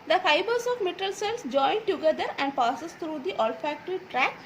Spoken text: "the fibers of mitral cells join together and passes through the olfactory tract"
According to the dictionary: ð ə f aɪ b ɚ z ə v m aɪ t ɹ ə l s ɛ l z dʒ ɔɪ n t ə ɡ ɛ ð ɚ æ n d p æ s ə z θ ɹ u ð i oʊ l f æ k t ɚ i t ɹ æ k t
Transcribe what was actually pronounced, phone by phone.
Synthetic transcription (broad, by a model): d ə f aɪ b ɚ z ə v m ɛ t ə l s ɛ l s dʒ ɔɪ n t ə ɡ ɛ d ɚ æ n d p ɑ s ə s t ɹ u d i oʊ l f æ k t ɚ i t ɹ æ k